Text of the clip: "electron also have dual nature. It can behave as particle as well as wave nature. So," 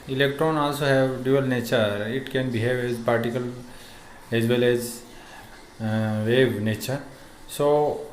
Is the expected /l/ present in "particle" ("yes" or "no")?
yes